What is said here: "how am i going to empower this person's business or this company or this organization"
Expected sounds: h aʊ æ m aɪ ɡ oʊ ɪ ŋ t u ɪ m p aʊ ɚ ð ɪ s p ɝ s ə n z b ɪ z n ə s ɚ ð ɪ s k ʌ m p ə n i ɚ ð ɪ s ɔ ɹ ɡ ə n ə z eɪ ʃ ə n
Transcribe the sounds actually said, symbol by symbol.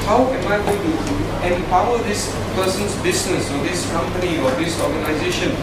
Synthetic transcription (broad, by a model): h aʊ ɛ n aɪ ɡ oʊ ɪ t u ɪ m p aʊ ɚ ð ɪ s p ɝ s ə n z b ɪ s n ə s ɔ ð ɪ s k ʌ m p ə n i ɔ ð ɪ s ɔ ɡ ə n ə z eɪ ʃ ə n